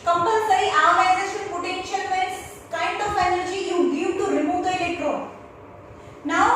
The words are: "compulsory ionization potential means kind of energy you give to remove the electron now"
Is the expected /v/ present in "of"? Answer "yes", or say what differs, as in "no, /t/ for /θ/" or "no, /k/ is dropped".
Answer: no, /p/ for /v/